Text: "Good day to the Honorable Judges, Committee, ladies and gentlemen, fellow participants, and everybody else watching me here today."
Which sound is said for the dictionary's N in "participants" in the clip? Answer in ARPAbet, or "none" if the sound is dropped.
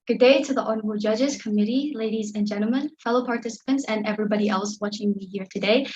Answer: N